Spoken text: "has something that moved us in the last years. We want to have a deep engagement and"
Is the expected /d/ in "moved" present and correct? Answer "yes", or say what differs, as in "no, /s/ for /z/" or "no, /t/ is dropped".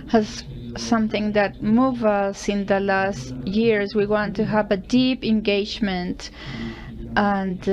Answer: no, /d/ is dropped